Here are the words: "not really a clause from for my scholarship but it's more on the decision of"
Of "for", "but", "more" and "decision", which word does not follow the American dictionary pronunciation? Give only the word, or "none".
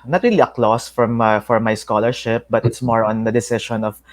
decision